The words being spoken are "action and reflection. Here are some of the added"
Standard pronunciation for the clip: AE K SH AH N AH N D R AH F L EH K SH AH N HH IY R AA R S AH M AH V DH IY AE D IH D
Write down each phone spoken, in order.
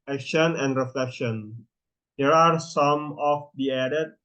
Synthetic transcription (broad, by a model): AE K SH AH N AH N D R AH F L EH K SH AH N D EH R AA R S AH M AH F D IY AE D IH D